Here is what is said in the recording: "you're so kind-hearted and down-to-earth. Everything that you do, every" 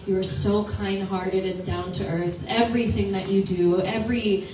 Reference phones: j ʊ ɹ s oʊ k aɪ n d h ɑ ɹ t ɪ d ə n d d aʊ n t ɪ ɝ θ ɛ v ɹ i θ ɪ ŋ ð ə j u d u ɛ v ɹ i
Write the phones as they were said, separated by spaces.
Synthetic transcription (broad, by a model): j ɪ ɹ s oʊ k aɪ n d h ɑ ɹ t ɪ d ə n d d aʊ n t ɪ ɝ θ ɛ v ɹ i θ ɪ ŋ ð ə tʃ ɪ d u ɛ v ɹ i